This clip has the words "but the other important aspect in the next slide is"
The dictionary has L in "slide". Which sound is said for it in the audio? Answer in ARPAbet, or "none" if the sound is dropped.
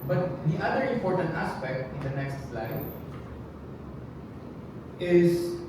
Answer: L